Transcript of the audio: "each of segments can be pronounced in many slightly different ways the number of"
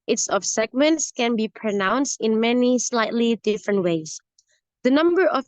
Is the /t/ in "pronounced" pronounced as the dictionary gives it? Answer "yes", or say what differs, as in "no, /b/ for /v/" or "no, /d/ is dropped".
yes